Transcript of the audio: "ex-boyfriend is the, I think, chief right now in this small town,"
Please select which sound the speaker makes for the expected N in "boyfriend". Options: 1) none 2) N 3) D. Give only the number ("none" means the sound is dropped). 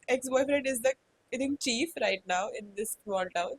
1